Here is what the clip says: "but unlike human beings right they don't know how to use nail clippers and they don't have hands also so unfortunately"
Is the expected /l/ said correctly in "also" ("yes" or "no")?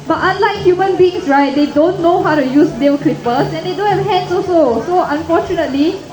no